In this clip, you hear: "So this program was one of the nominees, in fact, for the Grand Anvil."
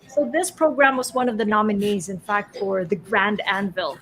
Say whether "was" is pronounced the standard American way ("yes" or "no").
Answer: yes